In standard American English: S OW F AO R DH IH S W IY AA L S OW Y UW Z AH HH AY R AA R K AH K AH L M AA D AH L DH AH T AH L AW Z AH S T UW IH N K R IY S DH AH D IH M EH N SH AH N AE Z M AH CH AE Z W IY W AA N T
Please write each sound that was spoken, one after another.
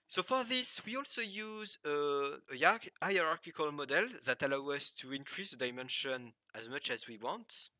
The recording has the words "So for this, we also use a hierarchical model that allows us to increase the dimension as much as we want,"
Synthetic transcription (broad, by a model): S OW F AO R DH IH S W IY AA L S OW Y UW Z AH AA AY R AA R K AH K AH L M AA D AH L DH AH T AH L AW AH S T UW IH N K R IY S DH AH D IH M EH N SH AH N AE Z M AH CH AE Z W IY W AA N T